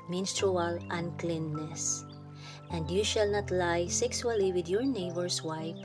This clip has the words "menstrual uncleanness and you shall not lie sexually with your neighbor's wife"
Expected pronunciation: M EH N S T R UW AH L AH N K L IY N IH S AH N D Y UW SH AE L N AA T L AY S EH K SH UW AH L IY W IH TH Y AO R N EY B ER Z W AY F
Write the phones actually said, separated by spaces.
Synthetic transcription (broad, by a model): M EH N S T R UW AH L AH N K L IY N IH S AH N D Y UW SH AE L N AA T L AY S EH K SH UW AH L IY W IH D Y AO R N EY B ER S W AY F